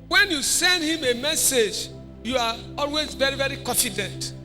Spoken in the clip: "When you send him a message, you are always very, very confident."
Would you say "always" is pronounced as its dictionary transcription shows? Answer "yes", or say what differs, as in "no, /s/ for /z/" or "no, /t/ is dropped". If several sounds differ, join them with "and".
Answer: yes